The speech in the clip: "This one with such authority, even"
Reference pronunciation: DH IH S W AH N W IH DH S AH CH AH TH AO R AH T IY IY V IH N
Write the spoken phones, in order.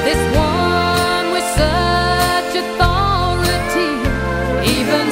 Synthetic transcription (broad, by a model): DH IH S W AH N W IH DH S AH CH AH TH AO L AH T IY IY V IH N